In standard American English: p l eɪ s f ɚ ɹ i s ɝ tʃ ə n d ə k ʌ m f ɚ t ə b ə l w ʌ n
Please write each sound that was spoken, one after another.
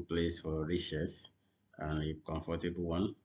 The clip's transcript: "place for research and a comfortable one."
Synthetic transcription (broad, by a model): p l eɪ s f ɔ ɹ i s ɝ s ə n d ə k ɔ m f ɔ t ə b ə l w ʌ n